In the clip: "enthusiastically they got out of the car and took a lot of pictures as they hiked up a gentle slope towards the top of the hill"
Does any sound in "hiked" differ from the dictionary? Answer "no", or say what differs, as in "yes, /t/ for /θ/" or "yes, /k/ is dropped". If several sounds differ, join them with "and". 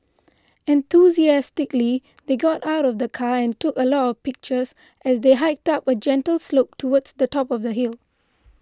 no